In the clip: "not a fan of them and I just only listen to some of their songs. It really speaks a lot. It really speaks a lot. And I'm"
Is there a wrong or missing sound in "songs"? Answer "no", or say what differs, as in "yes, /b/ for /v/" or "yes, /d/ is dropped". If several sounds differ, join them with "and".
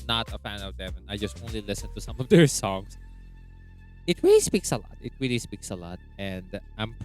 yes, /s/ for /z/